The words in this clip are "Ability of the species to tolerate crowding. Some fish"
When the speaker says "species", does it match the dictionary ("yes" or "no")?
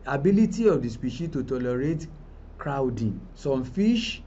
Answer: no